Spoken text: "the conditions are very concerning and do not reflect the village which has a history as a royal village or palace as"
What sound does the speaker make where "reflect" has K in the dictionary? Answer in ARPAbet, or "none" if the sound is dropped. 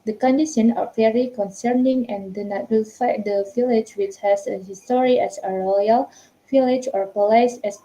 none